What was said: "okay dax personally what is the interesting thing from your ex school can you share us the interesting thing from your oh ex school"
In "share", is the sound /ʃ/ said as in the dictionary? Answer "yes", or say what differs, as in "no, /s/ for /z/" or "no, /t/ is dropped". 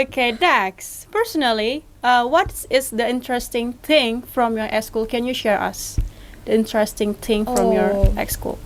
yes